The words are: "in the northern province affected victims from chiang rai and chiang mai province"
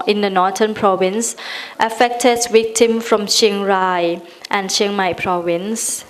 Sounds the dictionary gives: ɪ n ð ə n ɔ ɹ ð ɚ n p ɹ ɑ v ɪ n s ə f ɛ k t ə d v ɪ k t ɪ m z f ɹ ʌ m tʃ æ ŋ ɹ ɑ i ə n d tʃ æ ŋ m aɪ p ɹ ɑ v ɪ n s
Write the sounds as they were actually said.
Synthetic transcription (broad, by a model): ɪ n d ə n ɔ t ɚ n p ɹ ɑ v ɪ n s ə f ɛ k t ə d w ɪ k t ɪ m f ɹ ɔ m ʃ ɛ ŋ ɹ ɑ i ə n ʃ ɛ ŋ m aɪ p ɹ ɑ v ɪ n s